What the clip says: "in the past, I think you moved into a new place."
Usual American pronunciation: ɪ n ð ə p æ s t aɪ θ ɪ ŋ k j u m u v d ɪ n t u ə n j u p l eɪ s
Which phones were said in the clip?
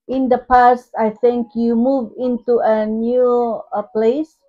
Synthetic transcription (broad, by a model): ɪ n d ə p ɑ s t aɪ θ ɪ ŋ k j u m u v ɪ n t u ə n j u p l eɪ s